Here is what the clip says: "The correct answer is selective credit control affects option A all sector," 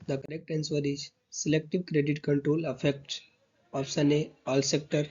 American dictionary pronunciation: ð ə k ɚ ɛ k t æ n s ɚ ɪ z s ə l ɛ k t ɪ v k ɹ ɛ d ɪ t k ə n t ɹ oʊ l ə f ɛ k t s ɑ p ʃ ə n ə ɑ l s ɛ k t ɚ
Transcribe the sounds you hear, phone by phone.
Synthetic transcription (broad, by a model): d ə k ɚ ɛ k t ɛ n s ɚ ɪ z s ə l ɛ k t ɪ v k ɹ ɛ d ɪ t k ə n t ɹ oʊ l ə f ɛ k t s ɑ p s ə n ə ɑ l s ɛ k t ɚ